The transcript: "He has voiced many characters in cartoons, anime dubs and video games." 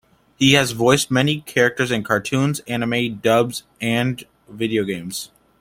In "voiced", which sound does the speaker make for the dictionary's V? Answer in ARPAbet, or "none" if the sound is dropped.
V